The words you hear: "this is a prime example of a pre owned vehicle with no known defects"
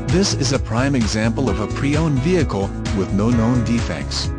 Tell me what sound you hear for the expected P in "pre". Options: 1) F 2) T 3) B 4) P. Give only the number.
4